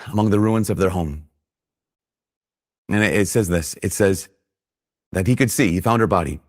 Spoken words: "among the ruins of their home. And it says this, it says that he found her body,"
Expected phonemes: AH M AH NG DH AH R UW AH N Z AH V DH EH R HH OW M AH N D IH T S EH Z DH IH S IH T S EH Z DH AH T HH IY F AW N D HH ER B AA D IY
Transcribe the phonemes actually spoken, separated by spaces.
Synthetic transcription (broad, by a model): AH M AH NG DH AH R UW AH N Z AH V DH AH R HH OW M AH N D IH T S EH Z DH IH S IH T S EH Z DH AH T HH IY F AW N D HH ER B AA D IY